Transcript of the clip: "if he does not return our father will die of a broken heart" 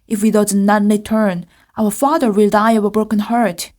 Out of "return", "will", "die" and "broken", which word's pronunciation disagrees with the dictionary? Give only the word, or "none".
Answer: return